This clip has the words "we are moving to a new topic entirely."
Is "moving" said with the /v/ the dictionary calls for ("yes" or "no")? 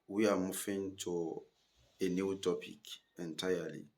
no